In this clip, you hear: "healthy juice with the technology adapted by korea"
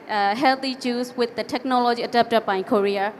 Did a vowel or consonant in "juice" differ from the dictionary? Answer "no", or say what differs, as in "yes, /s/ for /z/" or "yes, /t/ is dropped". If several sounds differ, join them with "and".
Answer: yes, /tʃ/ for /dʒ/